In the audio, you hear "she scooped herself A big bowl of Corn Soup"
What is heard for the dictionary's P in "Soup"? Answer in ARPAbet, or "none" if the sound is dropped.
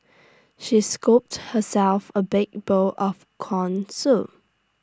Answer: none